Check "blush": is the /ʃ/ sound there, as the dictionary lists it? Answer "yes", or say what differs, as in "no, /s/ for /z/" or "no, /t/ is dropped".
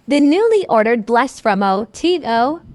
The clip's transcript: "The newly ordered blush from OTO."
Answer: no, /s/ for /ʃ/